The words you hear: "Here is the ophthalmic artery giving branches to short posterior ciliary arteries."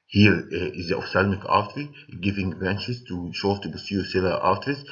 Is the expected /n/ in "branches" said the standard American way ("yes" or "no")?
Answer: yes